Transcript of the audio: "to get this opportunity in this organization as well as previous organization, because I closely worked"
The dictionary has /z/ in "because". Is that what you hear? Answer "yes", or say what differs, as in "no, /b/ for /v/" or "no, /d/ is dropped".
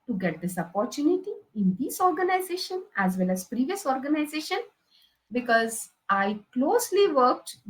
yes